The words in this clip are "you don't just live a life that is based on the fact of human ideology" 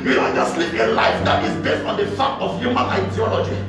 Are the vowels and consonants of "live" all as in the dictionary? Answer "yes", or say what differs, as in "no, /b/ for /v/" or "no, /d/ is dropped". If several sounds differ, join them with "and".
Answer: no, /p/ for /v/